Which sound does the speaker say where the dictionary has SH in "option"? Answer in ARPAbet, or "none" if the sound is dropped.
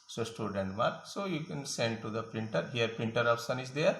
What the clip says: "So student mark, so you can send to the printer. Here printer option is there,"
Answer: S